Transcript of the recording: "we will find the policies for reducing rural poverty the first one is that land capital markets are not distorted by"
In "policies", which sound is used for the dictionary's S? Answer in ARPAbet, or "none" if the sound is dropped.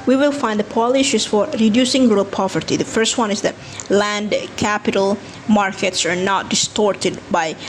SH